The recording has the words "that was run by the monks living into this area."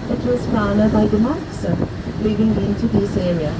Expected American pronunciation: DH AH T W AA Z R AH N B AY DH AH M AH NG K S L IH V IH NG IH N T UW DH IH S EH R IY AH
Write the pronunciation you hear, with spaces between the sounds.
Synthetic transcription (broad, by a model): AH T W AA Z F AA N B AY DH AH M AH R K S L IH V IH NG IH N T UW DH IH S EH R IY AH